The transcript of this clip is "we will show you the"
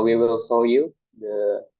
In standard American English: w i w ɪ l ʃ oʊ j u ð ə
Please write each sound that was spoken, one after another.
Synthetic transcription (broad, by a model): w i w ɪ l s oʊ j u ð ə